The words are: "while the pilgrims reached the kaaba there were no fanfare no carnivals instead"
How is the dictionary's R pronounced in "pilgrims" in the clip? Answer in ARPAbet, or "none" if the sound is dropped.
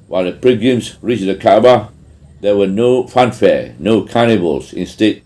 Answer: none